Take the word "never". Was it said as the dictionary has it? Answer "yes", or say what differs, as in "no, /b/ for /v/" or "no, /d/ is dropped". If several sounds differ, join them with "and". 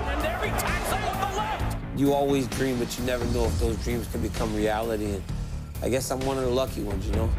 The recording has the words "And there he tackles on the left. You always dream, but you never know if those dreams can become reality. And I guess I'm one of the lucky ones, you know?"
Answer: yes